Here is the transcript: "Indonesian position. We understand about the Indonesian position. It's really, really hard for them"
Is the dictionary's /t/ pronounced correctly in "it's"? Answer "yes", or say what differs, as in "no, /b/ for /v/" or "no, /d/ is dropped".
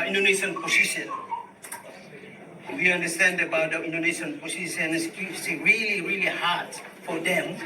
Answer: no, /s/ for /t/